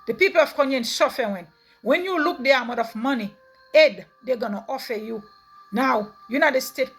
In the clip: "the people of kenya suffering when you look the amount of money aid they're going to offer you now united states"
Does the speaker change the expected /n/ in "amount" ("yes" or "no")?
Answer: yes